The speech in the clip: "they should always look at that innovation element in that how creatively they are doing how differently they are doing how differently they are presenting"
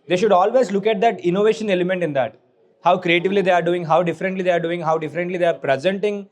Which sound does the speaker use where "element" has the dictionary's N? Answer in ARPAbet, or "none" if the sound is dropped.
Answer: N